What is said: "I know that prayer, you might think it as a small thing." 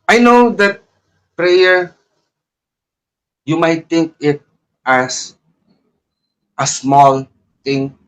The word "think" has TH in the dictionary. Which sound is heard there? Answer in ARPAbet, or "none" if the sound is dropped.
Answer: T